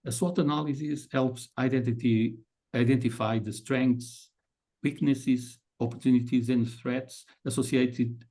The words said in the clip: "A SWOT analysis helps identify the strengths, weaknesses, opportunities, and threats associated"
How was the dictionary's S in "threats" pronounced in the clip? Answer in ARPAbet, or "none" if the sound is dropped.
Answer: S